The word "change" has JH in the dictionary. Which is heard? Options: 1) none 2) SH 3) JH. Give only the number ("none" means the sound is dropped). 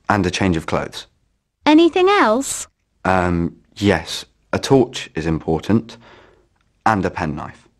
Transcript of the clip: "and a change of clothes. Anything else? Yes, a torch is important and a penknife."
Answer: 3